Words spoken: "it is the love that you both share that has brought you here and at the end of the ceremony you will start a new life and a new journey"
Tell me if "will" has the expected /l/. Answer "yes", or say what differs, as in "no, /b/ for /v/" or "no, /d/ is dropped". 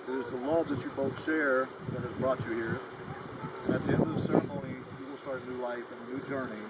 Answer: yes